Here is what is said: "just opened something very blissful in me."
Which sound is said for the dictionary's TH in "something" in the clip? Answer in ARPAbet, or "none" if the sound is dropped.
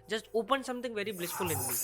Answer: T